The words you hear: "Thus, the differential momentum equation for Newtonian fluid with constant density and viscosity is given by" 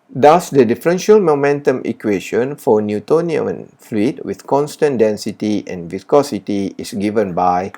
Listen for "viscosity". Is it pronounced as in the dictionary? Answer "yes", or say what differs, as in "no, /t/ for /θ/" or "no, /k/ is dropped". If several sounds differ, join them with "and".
yes